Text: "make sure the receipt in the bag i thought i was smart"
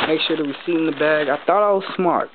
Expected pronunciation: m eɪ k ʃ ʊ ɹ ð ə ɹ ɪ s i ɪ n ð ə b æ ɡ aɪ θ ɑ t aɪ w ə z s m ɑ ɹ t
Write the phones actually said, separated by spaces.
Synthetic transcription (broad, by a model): m eɪ k ʃ ʊ ɹ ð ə w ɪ s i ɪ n ð ə b æ ɡ aɪ θ ɑ t aɪ w ə z s m ɑ ɹ t